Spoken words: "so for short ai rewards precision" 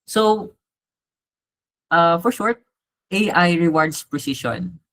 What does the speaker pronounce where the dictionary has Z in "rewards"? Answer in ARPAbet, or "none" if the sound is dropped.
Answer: S